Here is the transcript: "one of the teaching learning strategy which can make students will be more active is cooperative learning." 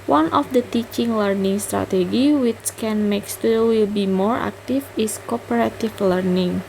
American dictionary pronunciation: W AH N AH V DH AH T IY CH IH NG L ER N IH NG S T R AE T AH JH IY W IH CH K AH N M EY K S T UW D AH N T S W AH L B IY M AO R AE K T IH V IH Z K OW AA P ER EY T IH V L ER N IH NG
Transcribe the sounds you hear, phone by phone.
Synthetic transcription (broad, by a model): W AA N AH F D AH T IY CH IH NG L ER N IH NG S T R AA T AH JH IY W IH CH K AH N M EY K S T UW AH W AH L B IY M AO R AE K T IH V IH S K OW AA P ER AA T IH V L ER N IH NG